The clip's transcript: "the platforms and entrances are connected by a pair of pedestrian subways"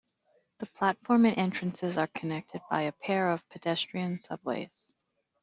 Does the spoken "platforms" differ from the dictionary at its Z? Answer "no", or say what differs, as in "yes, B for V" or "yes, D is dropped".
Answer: yes, Z is dropped